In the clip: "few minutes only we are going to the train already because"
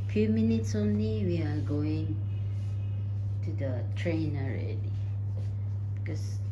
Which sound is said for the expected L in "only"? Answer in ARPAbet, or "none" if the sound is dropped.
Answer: N